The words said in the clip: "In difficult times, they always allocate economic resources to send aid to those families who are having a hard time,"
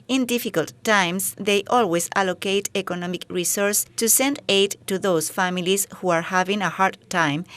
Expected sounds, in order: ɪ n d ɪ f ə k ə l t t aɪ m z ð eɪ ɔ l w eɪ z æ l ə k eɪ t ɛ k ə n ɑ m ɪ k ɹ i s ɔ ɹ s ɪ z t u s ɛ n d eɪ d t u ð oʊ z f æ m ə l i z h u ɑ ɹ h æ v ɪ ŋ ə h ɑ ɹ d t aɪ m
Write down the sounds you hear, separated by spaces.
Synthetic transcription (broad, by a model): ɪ n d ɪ f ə k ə l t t aɪ m s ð eɪ ɔ l w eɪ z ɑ l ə k eɪ t ɛ k ə n ɑ m ɪ k ɹ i s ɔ ɹ s t u s ɛ n d eɪ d t u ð oʊ s f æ m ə l i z h u ɑ ɹ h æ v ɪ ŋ ə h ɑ ɹ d t aɪ m